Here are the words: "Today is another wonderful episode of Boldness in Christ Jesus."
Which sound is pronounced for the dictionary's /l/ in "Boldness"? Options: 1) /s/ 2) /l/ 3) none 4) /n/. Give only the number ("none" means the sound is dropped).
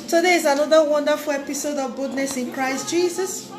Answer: 3